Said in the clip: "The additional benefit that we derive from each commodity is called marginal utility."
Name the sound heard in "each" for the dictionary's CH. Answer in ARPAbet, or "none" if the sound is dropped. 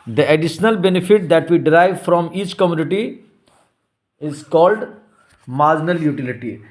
CH